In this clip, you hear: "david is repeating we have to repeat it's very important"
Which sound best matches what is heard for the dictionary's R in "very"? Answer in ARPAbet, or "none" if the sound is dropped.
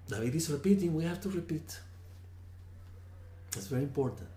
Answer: R